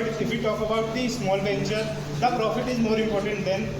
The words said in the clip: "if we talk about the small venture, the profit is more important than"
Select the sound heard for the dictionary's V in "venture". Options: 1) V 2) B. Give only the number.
2